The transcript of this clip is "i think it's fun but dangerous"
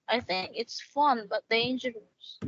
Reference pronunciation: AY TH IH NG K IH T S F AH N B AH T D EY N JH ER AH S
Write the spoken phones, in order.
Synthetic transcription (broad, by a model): AY TH IH NG K IH T S F AH N B AH T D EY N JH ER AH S